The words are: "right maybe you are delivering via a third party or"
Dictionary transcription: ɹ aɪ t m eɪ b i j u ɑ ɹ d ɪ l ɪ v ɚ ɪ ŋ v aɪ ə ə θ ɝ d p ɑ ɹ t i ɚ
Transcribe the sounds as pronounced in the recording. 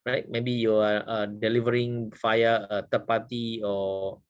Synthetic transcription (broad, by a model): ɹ aɪ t m eɪ b i j u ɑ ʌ d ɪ l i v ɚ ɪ ŋ f aɪ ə ə t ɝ p ɑ t i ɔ